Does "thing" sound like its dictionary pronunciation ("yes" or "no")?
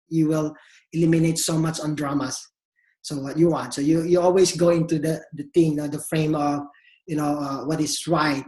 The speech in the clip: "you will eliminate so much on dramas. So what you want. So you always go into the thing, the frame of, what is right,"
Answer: no